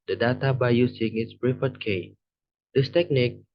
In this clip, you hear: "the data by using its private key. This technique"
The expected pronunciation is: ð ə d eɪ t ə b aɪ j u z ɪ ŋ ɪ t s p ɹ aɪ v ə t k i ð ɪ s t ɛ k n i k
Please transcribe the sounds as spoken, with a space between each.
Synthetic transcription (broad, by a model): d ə d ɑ t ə b aɪ j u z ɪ ŋ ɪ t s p ɹ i f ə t k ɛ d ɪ s t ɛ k n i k